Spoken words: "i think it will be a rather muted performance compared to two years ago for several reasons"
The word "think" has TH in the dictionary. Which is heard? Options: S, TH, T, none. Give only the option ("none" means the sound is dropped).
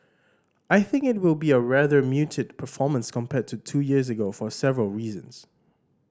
TH